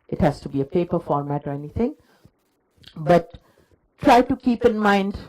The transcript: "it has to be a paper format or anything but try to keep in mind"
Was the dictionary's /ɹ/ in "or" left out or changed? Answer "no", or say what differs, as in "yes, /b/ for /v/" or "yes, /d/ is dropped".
no